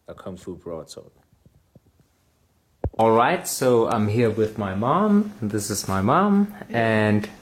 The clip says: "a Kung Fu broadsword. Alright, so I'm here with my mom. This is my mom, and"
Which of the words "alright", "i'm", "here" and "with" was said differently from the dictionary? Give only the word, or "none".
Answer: none